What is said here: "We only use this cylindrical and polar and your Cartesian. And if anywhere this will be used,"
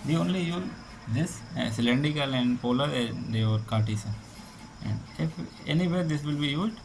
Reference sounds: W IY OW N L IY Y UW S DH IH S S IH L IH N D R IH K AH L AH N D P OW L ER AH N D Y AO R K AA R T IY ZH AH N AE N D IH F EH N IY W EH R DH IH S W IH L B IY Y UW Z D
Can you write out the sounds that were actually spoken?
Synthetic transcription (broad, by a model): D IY OW N L IY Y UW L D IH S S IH L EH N D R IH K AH L AH N D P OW L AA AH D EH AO R K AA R T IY S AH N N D IH F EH N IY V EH R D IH S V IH L B IY Y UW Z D